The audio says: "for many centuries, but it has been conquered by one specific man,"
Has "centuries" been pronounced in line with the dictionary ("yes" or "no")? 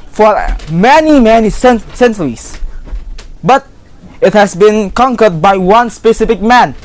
no